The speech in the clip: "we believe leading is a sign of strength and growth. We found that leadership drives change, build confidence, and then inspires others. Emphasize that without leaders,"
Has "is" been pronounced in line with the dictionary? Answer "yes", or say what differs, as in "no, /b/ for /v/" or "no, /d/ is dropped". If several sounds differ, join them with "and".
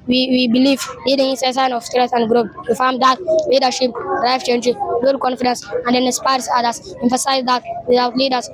no, /s/ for /z/